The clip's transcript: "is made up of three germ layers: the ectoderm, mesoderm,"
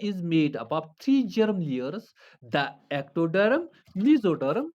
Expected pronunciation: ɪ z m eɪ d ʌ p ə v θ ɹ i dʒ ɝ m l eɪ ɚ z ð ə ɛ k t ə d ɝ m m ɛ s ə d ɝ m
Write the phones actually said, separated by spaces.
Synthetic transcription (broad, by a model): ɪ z m eɪ d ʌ b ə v t ɹ i dʒ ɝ m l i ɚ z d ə ɛ k t ə d ɝ m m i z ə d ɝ m